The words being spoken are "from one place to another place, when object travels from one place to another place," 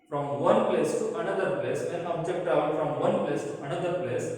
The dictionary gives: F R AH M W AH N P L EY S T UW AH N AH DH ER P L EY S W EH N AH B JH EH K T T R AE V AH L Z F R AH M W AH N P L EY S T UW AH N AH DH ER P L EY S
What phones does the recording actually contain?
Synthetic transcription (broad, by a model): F R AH M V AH N P L EY S T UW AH N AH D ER P L EY S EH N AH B JH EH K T T AA AH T F R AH M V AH N P L EY S T UW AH N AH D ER P L EY S